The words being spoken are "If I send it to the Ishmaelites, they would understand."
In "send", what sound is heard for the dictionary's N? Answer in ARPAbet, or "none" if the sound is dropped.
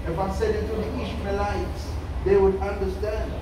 none